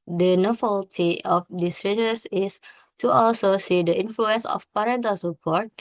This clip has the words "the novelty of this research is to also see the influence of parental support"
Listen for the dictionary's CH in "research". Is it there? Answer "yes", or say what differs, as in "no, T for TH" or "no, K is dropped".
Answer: no, S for CH